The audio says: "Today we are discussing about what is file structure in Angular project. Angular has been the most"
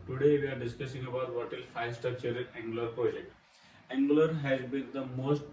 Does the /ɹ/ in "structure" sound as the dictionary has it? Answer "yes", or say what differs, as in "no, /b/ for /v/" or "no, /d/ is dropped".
no, /ɹ/ is dropped